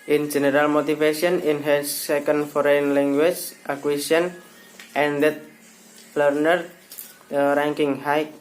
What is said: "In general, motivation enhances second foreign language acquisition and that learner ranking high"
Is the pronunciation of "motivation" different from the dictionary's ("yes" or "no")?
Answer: yes